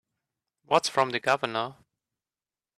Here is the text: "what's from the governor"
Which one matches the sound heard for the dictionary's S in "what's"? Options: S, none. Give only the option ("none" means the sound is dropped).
S